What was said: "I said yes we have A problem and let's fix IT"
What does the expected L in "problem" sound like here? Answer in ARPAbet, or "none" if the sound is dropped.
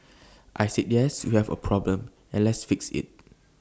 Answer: L